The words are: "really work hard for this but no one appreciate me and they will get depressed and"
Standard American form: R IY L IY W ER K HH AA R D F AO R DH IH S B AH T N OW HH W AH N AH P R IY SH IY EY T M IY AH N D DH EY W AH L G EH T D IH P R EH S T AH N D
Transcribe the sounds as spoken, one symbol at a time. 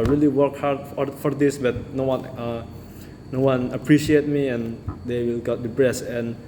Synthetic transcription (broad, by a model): R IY L IY W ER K HH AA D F F AO R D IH S B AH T N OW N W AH N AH P R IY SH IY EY T M IY AH N D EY W AH L G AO T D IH B R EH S AH N